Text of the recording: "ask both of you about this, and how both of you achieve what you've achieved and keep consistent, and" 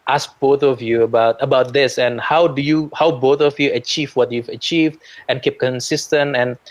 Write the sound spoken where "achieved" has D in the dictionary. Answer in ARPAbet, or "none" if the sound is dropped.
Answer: D